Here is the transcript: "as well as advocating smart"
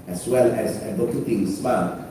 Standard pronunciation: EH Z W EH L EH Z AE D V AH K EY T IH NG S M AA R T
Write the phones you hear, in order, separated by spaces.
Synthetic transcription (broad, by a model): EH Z W EH L EH Z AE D AH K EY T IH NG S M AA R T